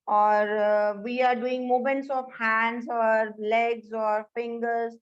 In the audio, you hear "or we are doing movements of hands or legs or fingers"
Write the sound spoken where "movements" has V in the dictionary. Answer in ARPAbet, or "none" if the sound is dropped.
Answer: none